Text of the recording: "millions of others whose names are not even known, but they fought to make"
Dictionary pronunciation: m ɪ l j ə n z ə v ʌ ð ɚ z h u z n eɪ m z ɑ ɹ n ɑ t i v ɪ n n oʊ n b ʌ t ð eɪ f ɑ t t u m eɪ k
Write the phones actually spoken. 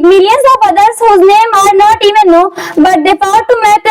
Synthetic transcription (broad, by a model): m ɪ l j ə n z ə b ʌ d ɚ s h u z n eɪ m ɑ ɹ n ɑ t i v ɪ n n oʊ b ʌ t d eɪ p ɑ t t u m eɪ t